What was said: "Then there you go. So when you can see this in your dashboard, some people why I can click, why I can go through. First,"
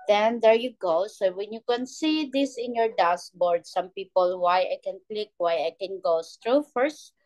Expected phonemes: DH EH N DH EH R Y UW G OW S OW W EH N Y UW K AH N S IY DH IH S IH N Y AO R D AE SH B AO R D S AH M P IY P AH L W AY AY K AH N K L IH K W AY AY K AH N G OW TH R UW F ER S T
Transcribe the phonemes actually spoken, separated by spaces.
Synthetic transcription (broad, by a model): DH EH N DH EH R Y UW G OW S OW W EH N Y UW K AH N S IY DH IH S IH N Y AO R D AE S B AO R D S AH M P IY P AH L W AY AY K AH N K L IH K W AY AY K AH N G OW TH R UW F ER S T